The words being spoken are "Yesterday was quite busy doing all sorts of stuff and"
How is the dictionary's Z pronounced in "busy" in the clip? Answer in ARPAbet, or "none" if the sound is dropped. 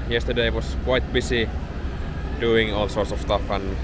S